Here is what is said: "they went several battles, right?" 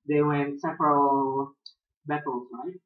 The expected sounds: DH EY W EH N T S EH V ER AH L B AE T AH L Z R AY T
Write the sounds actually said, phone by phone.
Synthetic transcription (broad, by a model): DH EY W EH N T S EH P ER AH L B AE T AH L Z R AY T